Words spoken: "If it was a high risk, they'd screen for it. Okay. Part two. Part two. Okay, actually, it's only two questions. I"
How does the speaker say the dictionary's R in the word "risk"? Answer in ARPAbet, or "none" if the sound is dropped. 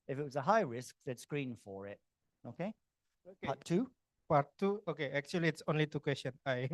R